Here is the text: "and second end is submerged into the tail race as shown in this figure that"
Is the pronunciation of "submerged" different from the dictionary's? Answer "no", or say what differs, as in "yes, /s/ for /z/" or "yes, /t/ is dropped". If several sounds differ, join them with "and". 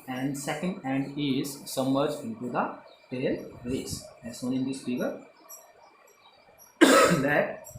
yes, /b/ is dropped